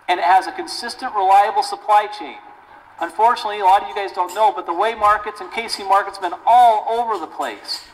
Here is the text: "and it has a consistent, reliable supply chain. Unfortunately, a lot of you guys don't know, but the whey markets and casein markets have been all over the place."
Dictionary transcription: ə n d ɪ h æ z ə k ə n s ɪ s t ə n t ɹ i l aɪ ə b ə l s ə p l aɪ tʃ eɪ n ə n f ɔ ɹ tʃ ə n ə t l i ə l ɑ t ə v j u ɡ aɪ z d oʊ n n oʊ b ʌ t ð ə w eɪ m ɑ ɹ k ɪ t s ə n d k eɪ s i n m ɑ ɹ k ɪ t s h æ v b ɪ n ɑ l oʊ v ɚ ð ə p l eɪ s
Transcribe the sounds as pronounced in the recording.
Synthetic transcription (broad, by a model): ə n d ɪ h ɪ z ə k ə n s ɪ s t ə n t ɹ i l aɪ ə b l s ə p l aɪ tʃ eɪ n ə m f ɔ ɹ tʃ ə n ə t l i ə l ɑ t ə v j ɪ ɡ aɪ z d oʊ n n oʊ b ʌ t ð ə w eɪ m ɑ ɹ k ɪ t s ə n k eɪ s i m ɑ ɹ k ɪ t s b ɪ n ɑ l oʊ v ɚ ð ə p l eɪ s